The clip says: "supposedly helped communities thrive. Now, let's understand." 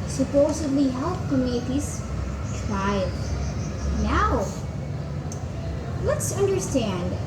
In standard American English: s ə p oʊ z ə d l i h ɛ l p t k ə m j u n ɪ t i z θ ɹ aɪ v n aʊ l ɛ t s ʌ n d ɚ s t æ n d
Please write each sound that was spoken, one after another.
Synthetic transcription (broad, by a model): s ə p oʊ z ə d l i h ɛ l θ k ə m j u n ɪ t i z t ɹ aɪ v n aʊ l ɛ t s ʌ n d ɚ s t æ n d